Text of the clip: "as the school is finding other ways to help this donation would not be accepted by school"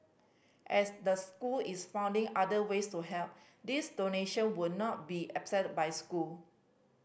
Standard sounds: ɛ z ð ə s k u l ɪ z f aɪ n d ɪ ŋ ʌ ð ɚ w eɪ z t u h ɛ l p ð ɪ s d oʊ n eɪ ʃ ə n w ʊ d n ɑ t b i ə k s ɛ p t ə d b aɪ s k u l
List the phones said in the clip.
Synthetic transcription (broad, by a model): ɛ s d ə s k u l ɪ s f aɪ n d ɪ ŋ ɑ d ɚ w eɪ s t u h ɛ l p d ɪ s d oʊ n eɪ ʃ ə n w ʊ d n ɑ t b i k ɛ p s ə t b aɪ s k u l